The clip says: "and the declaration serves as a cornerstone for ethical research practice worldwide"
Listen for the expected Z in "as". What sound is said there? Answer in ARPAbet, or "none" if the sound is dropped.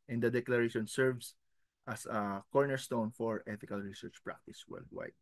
S